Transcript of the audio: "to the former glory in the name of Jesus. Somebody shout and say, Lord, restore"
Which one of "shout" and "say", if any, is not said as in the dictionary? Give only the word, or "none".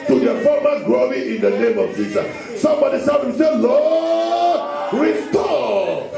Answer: shout